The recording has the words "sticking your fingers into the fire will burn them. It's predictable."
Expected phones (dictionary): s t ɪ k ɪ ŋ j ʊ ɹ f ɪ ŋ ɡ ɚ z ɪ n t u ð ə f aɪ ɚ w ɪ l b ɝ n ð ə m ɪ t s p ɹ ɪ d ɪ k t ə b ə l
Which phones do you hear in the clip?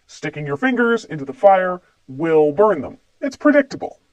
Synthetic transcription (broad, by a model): s t ɪ k ɪ ŋ j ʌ ɹ f ɪ ŋ ɡ ɚ z ɪ n t u ð ə f aɪ ɚ w ɪ l b ɝ n ð ə m ɪ t s p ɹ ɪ d ɪ k t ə b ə l